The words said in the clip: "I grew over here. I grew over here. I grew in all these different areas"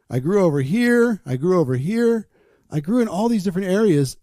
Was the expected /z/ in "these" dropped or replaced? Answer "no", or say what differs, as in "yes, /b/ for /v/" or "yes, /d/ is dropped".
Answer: no